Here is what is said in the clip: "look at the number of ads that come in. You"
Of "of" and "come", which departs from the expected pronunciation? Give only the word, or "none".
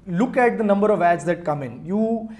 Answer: none